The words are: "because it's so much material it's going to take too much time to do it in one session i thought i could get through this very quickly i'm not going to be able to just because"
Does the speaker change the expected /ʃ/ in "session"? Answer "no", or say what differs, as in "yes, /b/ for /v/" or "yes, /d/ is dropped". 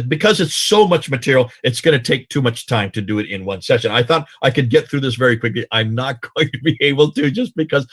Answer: no